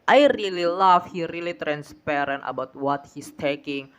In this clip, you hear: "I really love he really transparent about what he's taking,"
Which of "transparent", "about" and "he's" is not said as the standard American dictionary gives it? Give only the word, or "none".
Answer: he's